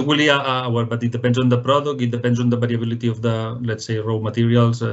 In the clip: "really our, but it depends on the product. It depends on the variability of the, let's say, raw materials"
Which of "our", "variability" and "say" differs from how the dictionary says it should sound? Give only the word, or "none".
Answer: variability